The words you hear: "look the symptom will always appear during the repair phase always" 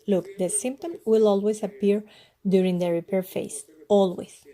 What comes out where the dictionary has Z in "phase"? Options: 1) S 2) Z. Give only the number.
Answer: 1